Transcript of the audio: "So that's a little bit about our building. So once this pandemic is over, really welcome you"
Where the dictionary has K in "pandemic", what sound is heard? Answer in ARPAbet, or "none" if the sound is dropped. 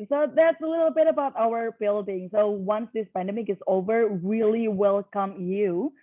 K